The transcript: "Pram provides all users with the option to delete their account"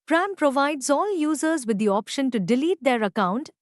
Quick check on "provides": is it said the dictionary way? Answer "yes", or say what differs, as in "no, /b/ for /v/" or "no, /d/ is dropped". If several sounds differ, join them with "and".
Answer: yes